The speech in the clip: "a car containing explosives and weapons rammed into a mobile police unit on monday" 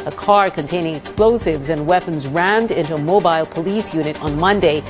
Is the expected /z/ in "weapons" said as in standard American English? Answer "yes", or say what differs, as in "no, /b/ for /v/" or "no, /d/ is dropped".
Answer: yes